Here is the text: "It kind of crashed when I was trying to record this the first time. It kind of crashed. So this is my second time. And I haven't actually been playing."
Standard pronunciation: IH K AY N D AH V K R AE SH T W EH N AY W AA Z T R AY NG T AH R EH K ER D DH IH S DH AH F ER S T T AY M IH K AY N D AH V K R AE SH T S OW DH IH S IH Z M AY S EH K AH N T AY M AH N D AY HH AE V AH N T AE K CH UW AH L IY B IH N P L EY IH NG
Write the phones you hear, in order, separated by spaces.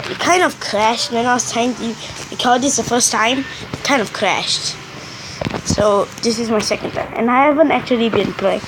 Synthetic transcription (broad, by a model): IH K AY N D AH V K R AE SH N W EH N AY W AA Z T AY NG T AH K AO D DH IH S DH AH F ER S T T AY M IH K AY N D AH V K R AE SH T S OW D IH S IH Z M AY S EH K AH N T AY M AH N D AY HH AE V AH N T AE K CH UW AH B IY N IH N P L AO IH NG